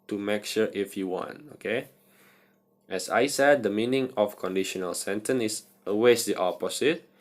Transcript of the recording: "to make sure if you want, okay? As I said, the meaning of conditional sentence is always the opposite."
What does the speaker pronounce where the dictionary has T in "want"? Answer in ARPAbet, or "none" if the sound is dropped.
T